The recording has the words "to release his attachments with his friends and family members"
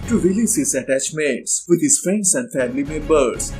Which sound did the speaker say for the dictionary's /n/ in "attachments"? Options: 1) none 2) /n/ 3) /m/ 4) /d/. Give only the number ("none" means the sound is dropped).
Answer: 1